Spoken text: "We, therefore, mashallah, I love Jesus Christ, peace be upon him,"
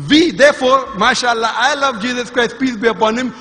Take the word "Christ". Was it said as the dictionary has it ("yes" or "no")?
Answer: yes